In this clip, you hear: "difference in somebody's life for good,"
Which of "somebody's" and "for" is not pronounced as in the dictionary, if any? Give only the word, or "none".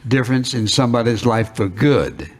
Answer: none